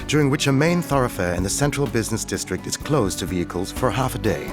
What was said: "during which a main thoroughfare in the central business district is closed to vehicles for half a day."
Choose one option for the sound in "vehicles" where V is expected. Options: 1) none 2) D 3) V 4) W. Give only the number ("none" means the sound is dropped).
3